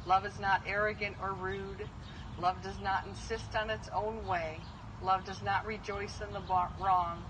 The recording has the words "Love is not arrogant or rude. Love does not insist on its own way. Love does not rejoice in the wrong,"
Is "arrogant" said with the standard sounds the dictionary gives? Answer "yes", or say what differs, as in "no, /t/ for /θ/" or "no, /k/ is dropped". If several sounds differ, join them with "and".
yes